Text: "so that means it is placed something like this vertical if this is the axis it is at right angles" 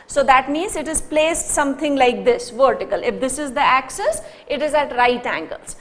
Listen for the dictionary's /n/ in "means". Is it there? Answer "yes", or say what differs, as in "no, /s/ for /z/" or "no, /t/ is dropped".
yes